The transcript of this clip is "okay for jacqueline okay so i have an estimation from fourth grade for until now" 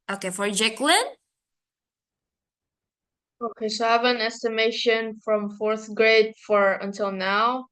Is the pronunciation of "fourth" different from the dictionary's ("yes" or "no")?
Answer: no